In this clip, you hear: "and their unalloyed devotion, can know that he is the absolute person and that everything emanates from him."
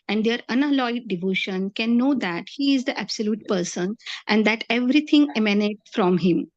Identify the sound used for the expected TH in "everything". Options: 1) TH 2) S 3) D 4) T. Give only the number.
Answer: 4